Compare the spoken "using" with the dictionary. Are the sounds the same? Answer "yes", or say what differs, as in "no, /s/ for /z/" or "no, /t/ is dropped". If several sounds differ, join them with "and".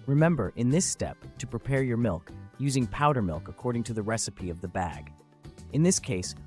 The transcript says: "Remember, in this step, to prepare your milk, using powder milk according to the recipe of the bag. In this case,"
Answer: yes